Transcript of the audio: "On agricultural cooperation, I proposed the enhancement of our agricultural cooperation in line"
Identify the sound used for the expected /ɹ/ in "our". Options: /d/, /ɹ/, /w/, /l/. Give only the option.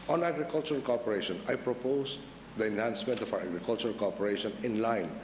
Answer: /w/